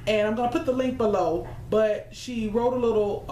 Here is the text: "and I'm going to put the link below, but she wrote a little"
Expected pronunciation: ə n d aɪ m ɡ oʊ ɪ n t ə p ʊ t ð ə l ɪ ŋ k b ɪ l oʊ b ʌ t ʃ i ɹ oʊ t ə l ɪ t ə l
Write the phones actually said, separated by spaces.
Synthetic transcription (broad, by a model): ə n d aɪ m ɡ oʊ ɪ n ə p ʊ t ð ə l ɪ ŋ k b ɪ l oʊ b ʌ t ʃ i ɹ oʊ t ə l ɪ t l